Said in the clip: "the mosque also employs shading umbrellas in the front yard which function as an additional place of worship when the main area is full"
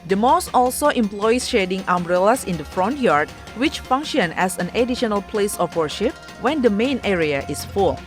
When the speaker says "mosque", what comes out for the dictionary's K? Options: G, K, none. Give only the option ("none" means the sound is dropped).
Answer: none